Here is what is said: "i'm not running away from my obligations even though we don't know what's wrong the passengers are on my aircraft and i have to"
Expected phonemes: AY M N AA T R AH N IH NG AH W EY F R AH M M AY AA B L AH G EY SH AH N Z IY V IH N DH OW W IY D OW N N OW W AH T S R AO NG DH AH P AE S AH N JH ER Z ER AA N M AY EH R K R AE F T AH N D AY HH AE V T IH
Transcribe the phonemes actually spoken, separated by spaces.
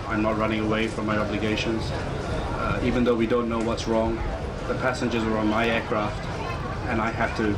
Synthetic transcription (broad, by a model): AY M N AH T R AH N IH NG AH W EY F R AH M M AY AA B L AH G EY SH AH N Z IY V IH N DH OW W IY D OW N N OW W AH T S R AO NG DH AH P AE S AH N JH ER Z ER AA N M AY EH R K R AE F T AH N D AY HH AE F T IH